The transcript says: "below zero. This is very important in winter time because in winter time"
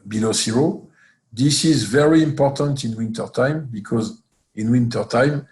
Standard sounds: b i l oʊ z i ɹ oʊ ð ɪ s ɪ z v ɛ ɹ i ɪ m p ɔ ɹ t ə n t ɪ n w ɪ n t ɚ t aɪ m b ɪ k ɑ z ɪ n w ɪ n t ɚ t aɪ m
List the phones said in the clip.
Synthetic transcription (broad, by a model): b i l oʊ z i ɹ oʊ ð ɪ s ɪ z v ɛ ɹ i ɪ m p ɔ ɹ t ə n t ɪ n w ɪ n t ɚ t aɪ m b ɪ k ɑ z ɪ n w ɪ n t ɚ t aɪ m